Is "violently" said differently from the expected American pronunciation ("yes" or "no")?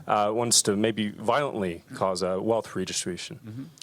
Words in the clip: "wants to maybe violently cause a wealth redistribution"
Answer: no